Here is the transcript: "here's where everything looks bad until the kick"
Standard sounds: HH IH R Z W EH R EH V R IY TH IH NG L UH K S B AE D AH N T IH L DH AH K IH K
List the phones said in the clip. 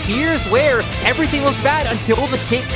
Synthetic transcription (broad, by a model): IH R Z W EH R EH V R IY TH IH NG W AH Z B AE D AH N T IH L DH AH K IH